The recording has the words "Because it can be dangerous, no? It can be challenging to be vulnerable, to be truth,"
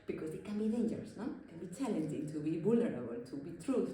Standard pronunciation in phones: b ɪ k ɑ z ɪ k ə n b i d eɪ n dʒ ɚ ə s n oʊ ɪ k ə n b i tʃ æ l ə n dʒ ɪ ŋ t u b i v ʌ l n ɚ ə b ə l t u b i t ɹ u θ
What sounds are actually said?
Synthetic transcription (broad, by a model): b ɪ k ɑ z ɪ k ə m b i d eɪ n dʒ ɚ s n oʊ ɪ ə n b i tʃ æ l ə n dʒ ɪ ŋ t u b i b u l ɚ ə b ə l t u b i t ɹ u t